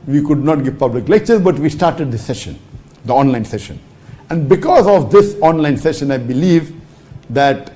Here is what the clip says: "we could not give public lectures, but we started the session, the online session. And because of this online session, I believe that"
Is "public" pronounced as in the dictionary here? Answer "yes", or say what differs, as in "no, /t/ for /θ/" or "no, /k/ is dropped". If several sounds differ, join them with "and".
yes